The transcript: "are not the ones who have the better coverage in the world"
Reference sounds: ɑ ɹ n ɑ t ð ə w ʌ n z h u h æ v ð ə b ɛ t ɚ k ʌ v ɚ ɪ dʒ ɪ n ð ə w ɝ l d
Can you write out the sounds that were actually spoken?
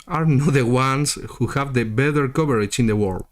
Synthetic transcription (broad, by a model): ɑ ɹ n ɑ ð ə w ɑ n s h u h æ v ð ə b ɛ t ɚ k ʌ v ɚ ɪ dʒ ɪ n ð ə w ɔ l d